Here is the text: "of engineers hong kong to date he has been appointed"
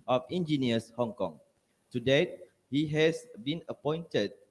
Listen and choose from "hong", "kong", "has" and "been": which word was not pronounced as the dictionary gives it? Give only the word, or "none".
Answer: has